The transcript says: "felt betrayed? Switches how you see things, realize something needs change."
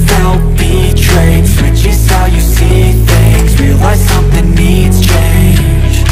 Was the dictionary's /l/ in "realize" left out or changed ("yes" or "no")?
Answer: yes